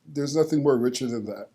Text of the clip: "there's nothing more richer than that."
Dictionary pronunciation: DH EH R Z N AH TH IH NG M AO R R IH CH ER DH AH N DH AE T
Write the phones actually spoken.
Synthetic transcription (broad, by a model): DH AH R Z N AH TH IH NG M AO R R IH CH ER DH AH N DH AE T